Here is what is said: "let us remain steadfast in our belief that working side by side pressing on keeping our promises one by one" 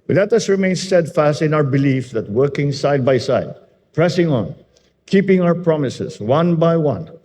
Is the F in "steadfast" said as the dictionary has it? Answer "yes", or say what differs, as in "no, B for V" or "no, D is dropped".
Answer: yes